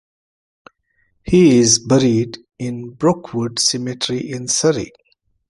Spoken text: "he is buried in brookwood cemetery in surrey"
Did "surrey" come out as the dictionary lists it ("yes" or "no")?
yes